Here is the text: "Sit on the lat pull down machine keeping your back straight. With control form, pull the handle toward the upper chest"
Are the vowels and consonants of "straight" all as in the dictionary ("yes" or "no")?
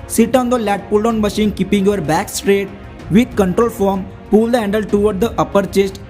yes